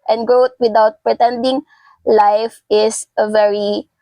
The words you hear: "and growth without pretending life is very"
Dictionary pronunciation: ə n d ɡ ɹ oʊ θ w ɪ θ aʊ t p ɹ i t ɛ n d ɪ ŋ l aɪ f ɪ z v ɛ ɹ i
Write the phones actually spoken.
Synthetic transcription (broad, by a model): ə n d ɡ ɹ oʊ t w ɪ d aʊ t p ɹ i t ɛ n d ɪ ŋ l aɪ f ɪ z v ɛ ɹ i